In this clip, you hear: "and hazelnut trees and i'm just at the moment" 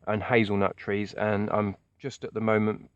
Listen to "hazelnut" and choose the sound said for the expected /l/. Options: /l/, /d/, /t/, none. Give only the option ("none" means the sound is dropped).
/l/